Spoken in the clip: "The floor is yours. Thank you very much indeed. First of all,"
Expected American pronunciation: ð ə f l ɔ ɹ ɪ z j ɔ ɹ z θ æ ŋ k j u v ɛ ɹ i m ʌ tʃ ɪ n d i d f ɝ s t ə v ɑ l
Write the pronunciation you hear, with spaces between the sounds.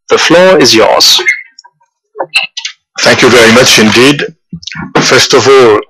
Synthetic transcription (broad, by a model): ð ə f l ɔ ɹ ɪ z j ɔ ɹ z θ æ ŋ k j u v ɛ ɹ i m ʌ tʃ ɪ n d i d f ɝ s t ə v ɑ l